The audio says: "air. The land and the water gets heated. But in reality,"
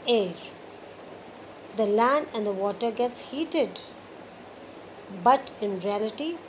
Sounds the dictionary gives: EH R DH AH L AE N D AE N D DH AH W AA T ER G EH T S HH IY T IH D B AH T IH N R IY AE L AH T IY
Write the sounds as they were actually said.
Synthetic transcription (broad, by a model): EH R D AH L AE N AE N D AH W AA T ER G EH T S HH IY T IH D B AH T IH N R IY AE L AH T IY